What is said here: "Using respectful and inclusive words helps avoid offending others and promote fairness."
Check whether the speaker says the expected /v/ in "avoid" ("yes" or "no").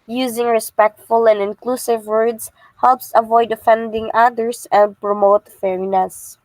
yes